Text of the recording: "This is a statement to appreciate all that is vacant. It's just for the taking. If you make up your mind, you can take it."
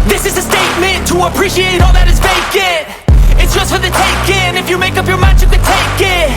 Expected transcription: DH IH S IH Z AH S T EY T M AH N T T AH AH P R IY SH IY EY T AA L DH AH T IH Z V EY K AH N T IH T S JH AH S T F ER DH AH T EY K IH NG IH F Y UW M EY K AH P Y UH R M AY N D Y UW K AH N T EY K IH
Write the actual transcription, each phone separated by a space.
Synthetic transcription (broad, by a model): DH IH S IH Z AH S T EY T M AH N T T AH AH P R IY SH IY EY T AA L DH AH T IH Z B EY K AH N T IH T S JH AH S T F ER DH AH T EY K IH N IH F Y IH M EY K AH P Y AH R M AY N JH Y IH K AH T EY K IH